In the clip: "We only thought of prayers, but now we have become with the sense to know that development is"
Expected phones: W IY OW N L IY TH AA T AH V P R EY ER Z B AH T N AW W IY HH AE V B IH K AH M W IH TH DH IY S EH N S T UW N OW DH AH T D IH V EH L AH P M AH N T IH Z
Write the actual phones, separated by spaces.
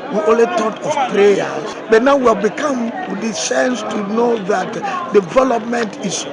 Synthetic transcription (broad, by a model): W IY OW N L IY T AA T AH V P R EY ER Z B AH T N AW W IY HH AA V B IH K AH M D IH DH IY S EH N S T UW N OW DH AH T D IH V EH L AH P M AH N T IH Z